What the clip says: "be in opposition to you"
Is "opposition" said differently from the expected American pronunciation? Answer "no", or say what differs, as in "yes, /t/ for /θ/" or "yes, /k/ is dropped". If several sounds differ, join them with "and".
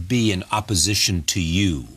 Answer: no